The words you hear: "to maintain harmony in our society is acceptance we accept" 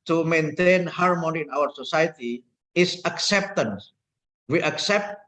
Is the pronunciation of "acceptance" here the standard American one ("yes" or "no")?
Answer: yes